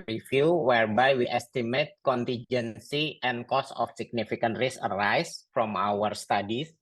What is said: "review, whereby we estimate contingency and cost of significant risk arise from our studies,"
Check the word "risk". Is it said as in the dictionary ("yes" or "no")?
no